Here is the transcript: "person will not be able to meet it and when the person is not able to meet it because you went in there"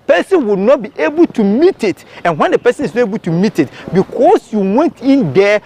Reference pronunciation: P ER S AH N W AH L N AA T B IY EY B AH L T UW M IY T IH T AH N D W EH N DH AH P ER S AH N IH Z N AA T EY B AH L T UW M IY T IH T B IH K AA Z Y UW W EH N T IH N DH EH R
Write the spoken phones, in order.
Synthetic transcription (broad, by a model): P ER S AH N W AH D N AA T B IY EY B AH L T UW M IY T IH T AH N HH W EH N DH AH P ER S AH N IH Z N AA T EY B AH L T UW M IY T IH T B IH K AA S Y UW W EH N T IH N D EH